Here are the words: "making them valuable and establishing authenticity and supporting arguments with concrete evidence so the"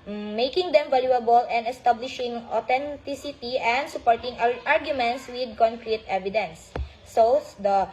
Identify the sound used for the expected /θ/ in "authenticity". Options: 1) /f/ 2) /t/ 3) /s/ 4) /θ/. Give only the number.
2